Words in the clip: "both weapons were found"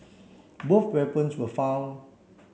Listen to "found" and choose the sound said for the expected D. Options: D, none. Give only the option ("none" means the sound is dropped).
none